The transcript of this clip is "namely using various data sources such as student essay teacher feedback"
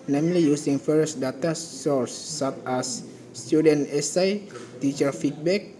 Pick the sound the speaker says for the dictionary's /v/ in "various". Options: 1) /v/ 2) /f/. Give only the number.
2